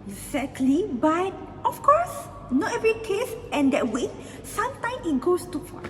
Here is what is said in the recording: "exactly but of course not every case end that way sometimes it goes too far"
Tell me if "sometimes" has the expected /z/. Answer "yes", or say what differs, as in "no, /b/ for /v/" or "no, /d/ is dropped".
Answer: no, /z/ is dropped